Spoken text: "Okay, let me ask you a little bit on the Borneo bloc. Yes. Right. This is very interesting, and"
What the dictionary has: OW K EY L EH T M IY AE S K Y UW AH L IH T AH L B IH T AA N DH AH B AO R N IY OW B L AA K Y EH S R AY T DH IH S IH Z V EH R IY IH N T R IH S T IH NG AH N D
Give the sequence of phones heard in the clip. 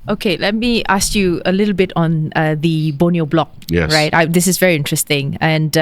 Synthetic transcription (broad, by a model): OW K EY L EH T M IY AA S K Y UW AH L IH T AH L B IH T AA N DH AH B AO N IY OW B L AA K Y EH R AY T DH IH S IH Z V EH R IY IH N T R IH S T IH NG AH N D